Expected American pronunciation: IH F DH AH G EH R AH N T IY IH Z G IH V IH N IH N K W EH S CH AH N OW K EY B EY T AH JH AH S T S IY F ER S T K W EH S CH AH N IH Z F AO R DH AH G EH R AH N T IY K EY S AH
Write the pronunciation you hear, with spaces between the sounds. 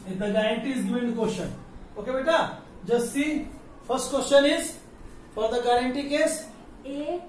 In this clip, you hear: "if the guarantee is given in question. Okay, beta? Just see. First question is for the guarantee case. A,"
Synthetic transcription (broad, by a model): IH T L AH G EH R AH N T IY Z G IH IH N K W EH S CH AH N OW K EY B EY T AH JH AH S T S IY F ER S T K W EH S CH AH N IH Z F AO R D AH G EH R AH N T IY K EY S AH